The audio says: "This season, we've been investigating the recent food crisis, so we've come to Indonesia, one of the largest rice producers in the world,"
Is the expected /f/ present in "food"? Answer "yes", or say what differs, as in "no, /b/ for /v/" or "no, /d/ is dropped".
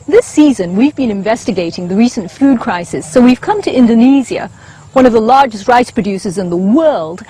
yes